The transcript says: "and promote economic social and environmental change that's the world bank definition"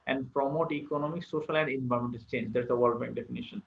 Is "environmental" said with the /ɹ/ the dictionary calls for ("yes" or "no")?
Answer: no